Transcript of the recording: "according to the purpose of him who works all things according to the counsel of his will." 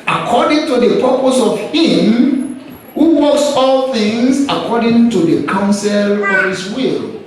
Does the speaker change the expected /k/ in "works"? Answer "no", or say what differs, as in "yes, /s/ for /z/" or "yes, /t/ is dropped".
yes, /k/ is dropped